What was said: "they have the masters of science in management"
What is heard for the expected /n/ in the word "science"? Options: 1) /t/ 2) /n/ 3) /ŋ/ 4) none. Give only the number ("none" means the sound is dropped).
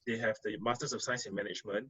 4